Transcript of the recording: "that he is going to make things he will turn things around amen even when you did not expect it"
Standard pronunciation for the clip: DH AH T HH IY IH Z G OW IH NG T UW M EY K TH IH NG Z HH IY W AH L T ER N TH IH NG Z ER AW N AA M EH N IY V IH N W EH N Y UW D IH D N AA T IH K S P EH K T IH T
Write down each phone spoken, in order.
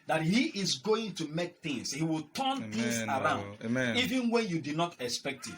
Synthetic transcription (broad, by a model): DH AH T HH IY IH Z G OW IH NG T UW M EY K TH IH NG S HH IY W AH L T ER N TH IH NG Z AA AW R AA UH N IY V IH N W EH N Y UW D IH D N AA T IH K S P EH K T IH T